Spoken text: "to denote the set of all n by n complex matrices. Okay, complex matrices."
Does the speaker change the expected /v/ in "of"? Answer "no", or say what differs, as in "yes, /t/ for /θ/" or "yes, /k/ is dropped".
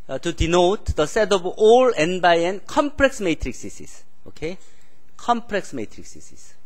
yes, /b/ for /v/